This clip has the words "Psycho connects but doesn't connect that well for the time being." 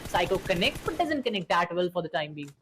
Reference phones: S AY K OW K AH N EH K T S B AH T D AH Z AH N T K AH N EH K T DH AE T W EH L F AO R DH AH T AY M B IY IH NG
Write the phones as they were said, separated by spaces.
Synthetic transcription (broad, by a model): S AY K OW K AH N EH K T B AH T D AH Z AH N T K AH N EH K T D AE T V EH L F AO R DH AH T AY M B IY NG